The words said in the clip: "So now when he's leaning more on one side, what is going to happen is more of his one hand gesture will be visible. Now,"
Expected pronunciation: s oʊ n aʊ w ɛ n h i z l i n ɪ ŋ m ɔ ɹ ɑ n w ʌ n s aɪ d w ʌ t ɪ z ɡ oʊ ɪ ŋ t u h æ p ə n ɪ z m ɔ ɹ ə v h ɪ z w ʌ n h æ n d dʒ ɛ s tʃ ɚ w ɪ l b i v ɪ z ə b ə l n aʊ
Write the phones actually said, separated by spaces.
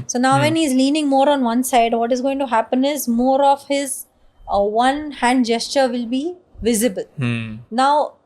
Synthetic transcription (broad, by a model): s oʊ n aʊ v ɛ n h i z l i n ɪ ŋ m ɔ ɹ ɑ n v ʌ n s aɪ d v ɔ t ɪ z ɡ oʊ ɪ ŋ t u h æ p ə n ɪ z m ɔ ɹ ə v h ɪ z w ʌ n h æ n d dʒ ɛ s tʃ ɚ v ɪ l b i v ɪ z ə b ə l n aʊ